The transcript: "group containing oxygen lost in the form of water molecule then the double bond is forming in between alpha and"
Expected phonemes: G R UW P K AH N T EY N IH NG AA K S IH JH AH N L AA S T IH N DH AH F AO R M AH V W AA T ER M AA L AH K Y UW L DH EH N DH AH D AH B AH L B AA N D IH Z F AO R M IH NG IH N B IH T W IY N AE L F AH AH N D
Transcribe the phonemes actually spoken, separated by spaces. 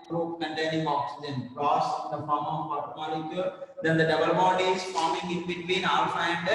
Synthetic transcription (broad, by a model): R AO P K AH N T EY N IH NG AA K S IH JH AH N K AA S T IH N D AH F AO R M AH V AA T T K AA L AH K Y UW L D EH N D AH D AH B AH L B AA D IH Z F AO R M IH NG IH N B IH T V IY N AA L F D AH N D